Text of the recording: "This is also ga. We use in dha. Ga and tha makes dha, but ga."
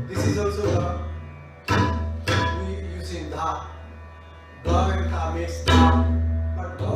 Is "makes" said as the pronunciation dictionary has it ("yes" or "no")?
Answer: no